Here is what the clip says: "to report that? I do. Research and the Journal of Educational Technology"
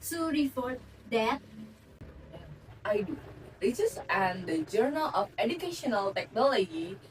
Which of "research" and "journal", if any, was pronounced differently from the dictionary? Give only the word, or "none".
research